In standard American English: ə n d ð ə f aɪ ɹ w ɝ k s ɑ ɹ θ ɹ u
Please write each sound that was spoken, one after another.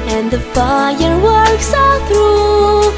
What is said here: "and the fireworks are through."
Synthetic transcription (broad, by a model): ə n ð ə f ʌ ɹ w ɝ k s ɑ l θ ɹ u